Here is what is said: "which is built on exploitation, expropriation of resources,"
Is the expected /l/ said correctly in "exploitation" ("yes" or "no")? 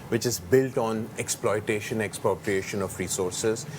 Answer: yes